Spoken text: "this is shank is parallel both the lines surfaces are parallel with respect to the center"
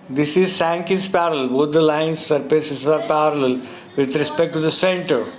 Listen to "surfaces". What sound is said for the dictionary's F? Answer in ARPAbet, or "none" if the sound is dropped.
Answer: P